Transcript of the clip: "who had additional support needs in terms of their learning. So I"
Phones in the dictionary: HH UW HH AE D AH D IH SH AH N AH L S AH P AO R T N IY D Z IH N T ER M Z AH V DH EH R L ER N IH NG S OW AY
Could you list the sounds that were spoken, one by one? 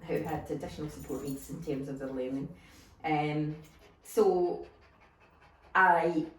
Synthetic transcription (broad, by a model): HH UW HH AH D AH D IH SH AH N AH L S AH P AO R T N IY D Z IH N T ER M Z AH V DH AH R L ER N IH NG S OW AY